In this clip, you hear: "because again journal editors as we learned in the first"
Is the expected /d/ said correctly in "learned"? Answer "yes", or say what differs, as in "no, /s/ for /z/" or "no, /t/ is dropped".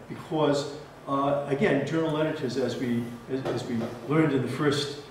yes